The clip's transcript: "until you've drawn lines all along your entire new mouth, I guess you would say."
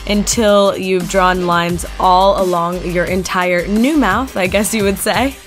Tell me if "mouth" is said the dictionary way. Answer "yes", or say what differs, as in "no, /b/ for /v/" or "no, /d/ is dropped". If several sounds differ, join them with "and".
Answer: yes